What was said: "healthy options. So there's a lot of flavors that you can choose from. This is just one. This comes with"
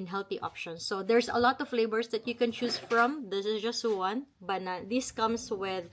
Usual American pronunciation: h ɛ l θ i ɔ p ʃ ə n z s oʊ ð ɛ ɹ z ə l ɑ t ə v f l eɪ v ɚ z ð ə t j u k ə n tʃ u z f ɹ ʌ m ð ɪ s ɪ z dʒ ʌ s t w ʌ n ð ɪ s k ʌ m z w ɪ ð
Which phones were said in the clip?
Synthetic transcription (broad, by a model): h ɛ l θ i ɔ p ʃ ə n s oʊ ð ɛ ɹ s ə l ɑ t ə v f l eɪ b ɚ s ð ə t j u k ə n tʃ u s f ɹ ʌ m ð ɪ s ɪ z dʒ ʌ s t w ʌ n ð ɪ s k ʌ m s w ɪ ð